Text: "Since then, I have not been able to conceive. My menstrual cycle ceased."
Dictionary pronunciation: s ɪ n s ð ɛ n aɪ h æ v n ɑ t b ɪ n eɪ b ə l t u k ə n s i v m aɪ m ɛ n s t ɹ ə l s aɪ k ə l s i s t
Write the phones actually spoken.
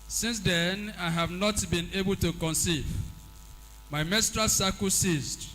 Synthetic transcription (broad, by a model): s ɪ n s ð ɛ n aɪ h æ v n ɑ t b ɪ n eɪ b ə l t u k ə n s i v m aɪ m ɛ s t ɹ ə s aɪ k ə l s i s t